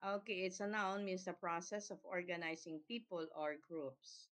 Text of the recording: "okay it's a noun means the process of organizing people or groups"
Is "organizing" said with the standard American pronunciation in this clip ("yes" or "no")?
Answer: no